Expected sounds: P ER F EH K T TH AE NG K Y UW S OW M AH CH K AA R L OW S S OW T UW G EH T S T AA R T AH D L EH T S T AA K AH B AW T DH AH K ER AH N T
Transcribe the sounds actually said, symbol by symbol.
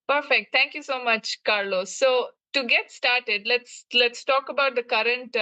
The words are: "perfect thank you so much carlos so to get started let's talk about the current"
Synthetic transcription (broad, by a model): P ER F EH K T T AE NG K Y UW S OW M AH CH K AA R L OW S S OW T UW G EH T S T AA R T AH D L EH T S T AA K AH B AW T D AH K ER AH N T